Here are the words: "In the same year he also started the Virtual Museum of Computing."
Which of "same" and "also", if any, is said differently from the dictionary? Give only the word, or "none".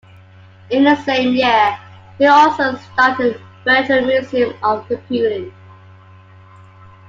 none